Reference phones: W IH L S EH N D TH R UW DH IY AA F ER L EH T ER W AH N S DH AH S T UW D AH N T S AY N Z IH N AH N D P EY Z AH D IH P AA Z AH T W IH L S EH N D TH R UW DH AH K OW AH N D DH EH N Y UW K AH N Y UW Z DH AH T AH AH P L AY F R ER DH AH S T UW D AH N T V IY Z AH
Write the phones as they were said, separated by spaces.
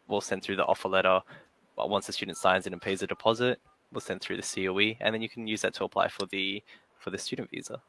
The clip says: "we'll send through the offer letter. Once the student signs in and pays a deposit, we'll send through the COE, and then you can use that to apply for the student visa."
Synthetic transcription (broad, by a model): W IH L S EH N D TH R UW DH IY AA F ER L EH T ER W AH N S DH AH S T UW D N T S AY N Z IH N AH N P EY Z AH D IH P AA Z AH T W IH L S EH N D TH R UW DH AH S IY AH N DH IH N Y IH K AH N Y UW Z DH AH T AH AH P L AY F R ER DH AH S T UW D N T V IY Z AH